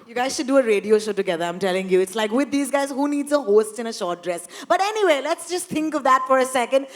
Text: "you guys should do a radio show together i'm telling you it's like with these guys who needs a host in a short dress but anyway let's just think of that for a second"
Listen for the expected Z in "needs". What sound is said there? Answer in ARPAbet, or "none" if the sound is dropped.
Z